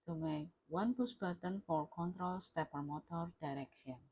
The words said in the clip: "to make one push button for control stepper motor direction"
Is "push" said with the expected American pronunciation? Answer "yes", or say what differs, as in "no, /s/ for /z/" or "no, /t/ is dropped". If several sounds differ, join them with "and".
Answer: no, /s/ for /ʃ/